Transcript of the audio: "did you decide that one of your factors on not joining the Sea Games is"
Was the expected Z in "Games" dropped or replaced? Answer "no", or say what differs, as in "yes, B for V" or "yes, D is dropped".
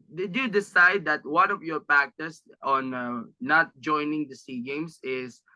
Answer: yes, S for Z